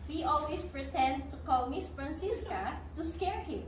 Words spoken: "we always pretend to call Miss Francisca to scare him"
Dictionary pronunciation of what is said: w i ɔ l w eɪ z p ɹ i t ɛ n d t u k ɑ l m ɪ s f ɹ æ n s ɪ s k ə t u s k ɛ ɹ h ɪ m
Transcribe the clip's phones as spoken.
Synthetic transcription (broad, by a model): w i ɔ l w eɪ s p ɹ i t ɛ n d t u k ɑ l m ɪ s f ɹ æ n s ɪ s k ə t u s k ɛ ɹ h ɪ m